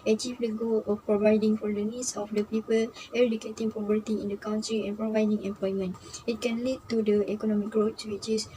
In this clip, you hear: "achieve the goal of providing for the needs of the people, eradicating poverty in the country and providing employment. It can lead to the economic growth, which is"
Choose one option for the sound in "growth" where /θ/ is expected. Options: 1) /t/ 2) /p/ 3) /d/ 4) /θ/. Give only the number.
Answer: 1